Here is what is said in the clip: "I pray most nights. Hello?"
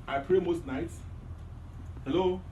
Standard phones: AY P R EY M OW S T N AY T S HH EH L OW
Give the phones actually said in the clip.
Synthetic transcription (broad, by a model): AY P R EY M OW S T N AY T S HH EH L OW